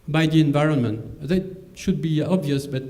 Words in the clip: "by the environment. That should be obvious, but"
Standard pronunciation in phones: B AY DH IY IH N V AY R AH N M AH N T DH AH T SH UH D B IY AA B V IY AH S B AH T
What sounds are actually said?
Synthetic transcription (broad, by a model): B AY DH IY IH N V AY R AH N M AH N T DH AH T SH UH D B IY AA B V IY AH S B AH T